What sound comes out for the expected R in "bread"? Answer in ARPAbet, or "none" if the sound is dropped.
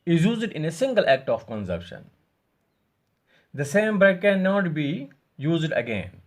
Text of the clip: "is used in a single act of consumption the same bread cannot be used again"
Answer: none